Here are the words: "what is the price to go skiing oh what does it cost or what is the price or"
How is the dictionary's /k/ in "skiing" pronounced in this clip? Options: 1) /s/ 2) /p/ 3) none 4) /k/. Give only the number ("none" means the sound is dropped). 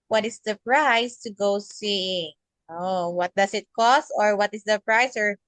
3